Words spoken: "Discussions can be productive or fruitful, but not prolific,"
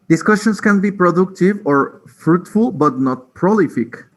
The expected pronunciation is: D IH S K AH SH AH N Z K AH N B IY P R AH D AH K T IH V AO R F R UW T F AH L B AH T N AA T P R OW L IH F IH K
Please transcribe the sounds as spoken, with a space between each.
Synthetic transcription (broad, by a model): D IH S K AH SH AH N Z K AH N B IY P R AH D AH K T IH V AO R F R UW T F AH L B AH T N AA T P R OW L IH F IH K